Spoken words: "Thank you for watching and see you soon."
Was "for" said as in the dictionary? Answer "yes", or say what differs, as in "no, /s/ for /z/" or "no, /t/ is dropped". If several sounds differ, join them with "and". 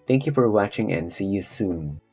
yes